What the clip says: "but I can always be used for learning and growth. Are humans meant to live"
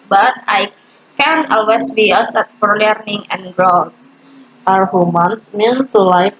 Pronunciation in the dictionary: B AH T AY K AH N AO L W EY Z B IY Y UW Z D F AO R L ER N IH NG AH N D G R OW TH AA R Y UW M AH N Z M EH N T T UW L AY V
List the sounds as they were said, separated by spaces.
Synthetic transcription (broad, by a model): B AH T AY K AH N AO L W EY S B IY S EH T F AO R L ER N IH NG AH N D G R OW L AA R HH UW M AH N S M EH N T T UW L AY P